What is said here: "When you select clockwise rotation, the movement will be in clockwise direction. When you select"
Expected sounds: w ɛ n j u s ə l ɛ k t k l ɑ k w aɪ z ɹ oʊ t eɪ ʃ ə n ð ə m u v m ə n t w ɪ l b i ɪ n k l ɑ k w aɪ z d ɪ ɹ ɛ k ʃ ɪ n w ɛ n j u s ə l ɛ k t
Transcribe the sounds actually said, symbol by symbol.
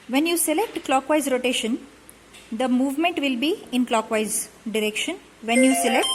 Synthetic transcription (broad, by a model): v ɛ n j u s ə l ɛ k t k l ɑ k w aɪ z ɹ oʊ t eɪ ʃ ə n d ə m u v m ə n t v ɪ l b i ɪ n k l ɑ k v aɪ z d ɪ ɹ ɛ k ʃ ɪ n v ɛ n j u s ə l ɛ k t